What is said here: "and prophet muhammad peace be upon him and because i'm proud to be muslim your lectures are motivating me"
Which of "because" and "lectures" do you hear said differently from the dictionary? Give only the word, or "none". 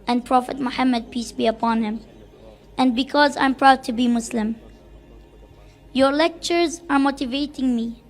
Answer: none